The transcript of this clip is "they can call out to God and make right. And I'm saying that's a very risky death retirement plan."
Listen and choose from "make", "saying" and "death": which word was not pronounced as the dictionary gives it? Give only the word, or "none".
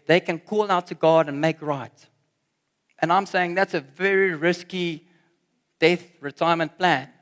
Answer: none